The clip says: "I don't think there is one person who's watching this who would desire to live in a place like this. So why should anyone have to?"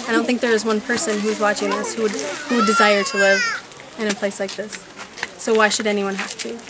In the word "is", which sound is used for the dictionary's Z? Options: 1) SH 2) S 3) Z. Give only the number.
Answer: 3